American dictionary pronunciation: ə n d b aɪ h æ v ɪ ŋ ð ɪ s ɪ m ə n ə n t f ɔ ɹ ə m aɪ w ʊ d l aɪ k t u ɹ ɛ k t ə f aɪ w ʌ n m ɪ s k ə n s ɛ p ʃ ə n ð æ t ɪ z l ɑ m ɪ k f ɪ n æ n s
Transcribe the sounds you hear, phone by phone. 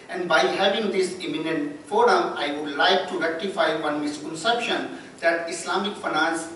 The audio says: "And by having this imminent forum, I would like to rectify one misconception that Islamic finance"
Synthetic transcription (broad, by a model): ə n d b aɪ h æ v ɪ ŋ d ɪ s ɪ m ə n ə n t f ɔ ɹ ə m aɪ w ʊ d l aɪ k t u ɹ ɛ k t ə f aɪ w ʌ n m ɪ s k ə n s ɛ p ʃ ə n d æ t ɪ s l ɑ m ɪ k f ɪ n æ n s